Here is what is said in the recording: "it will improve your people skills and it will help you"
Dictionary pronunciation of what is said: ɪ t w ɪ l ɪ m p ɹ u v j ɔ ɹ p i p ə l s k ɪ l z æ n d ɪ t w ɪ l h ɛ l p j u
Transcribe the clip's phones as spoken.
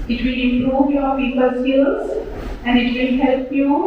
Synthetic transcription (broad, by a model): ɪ t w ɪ l ɪ m p ɹ u v j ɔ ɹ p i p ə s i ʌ z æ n d ɪ t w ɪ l h ɛ l p j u